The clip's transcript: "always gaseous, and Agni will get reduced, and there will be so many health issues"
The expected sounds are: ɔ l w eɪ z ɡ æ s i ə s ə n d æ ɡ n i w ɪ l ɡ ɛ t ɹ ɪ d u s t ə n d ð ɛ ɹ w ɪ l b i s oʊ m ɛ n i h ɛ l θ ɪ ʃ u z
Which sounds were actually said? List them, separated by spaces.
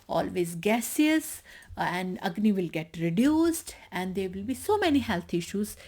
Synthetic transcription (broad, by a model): ɔ l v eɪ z ɡ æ s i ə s ə n d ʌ ɡ n i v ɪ l ɡ ɛ t ɹ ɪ d u s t ə n d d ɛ ɹ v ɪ l b i s oʊ m ɛ n i h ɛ l t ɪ ʃ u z